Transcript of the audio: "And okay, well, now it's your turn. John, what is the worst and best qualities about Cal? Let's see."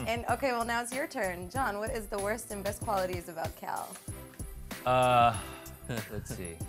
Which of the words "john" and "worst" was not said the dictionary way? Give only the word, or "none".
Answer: none